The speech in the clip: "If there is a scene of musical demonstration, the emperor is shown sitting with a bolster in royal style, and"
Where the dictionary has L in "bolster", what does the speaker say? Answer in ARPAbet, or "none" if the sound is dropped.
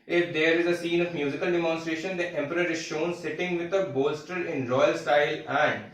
L